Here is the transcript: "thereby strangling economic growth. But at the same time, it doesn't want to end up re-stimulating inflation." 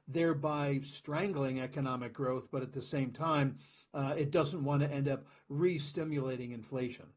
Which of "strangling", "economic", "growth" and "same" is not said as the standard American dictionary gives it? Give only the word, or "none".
none